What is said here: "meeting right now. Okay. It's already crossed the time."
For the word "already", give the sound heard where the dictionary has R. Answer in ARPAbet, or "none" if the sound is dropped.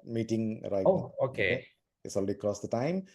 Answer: L